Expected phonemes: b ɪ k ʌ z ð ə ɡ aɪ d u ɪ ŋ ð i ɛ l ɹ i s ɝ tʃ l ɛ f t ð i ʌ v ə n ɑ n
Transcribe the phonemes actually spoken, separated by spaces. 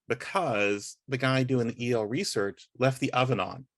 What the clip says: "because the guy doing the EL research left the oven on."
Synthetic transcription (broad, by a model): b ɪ k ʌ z ð ə ɡ aɪ d u ɪ ŋ ð i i l ɹ i s ɝ tʃ l ɛ f t ð i ʌ v ə n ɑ n